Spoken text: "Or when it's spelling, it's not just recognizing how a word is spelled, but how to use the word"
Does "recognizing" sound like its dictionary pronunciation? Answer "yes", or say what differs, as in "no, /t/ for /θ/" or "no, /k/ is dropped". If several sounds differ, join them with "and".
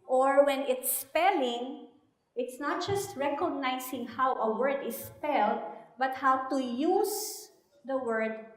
no, /s/ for /z/